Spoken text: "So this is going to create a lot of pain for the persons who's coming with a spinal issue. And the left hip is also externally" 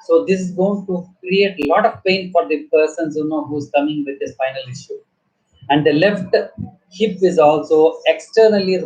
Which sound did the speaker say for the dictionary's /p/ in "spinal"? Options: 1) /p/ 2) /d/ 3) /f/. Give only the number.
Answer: 3